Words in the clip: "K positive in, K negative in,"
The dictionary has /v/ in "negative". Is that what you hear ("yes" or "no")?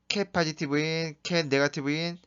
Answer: no